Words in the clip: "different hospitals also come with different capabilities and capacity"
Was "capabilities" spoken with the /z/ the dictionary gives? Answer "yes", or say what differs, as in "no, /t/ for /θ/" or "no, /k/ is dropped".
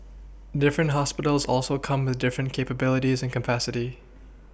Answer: yes